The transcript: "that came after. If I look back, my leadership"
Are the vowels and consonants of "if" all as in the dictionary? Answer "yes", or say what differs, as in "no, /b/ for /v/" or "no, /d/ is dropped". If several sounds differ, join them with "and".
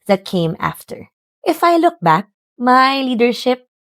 yes